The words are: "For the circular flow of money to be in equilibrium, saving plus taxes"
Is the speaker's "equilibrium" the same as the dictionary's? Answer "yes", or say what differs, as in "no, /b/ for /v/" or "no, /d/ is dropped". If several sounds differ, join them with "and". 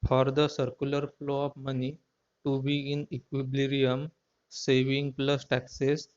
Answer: no, /b/ is dropped